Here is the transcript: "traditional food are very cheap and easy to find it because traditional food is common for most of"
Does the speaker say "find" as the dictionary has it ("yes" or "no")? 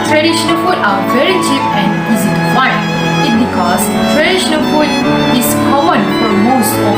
no